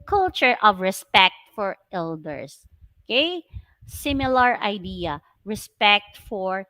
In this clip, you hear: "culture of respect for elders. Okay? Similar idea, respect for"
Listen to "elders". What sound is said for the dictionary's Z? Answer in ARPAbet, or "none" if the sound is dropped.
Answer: S